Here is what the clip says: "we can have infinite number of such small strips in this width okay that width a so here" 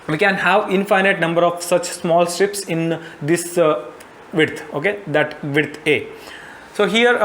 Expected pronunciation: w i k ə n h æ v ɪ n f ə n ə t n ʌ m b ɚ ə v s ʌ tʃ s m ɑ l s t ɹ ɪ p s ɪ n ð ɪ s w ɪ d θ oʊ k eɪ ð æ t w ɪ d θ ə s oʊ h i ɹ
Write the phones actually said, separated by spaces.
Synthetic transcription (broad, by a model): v i k ə n h æ v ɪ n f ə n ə t n ʌ m b ɚ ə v s ʌ tʃ s m ɑ l s t ɹ ɪ p s ɪ n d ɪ s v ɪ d t oʊ k eɪ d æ t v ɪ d t ə s oʊ h i ɹ